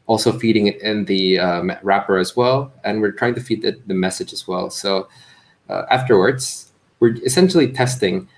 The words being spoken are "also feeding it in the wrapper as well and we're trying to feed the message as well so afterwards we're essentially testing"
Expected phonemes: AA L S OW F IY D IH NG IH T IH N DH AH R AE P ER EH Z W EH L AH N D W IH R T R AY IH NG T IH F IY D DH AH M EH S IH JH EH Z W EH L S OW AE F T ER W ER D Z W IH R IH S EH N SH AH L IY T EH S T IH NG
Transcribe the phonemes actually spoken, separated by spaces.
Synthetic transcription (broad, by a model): AA L S OW F IY D IH NG IH T IH N DH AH R AE P ER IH Z W EH L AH N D W IH R T R AY IH NG T IH F IY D DH AH M EH S IH JH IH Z W EH L S OW AE F T ER W ER D Z W IH R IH S EH N SH L IY T EH S T IH NG